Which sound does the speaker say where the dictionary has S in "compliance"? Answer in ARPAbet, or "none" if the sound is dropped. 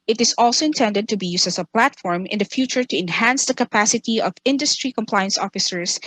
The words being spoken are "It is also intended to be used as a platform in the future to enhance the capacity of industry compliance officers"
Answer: S